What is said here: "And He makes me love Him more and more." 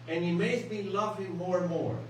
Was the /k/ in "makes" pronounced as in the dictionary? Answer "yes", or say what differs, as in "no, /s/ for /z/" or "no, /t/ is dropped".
no, /k/ is dropped